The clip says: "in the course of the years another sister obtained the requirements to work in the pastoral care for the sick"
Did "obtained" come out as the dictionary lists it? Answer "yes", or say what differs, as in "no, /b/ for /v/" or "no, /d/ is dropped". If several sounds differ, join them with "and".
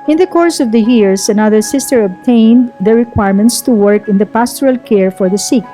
yes